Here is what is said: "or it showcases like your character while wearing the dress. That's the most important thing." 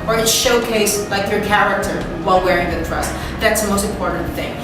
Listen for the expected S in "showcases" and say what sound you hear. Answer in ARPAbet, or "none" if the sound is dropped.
none